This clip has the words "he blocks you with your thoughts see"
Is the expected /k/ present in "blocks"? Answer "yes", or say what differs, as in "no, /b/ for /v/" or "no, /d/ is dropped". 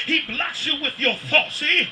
no, /k/ is dropped